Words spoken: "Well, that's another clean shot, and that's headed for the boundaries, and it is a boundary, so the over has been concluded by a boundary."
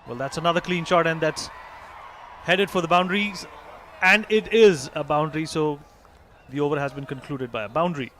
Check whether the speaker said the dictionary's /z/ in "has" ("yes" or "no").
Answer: yes